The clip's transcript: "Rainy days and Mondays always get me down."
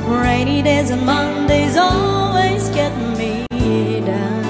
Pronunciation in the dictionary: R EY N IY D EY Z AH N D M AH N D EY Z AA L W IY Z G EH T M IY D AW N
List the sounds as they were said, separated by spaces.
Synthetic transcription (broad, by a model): R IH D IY D EY Z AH N M AH N D EY Z AA L W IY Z G EH T M IY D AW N